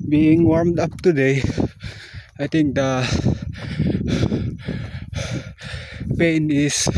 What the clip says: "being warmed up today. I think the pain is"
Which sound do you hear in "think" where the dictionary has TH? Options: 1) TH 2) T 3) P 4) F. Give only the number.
2